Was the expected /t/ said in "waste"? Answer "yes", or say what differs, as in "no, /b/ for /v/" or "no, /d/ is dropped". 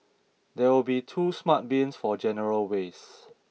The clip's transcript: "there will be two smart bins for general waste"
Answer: no, /t/ is dropped